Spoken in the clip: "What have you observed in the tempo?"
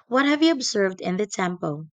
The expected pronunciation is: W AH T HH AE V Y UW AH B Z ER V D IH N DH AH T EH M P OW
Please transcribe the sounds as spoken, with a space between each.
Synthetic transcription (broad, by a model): W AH T HH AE V Y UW AH B Z ER V D IH N DH AH T EH M P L